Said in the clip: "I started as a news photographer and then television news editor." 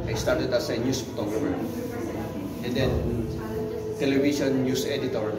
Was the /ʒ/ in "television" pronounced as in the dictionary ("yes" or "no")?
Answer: no